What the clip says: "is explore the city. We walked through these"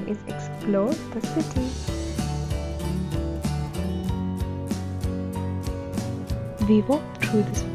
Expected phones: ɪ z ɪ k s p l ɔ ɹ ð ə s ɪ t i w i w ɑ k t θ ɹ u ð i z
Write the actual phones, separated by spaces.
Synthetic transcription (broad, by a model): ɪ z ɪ k s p l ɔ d ð ə s ɪ t i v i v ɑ t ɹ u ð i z